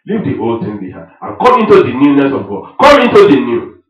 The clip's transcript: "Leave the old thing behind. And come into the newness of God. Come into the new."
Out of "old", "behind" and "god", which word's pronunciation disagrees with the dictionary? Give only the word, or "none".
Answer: behind